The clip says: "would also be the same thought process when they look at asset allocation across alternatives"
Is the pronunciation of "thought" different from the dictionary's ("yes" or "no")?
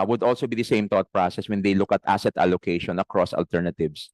yes